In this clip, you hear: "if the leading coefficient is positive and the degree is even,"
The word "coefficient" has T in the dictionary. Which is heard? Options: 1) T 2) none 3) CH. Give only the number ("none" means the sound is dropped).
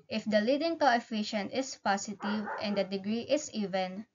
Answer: 1